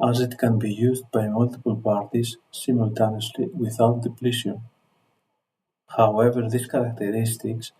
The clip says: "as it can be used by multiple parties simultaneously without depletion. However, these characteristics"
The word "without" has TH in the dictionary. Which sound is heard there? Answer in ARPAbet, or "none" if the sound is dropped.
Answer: TH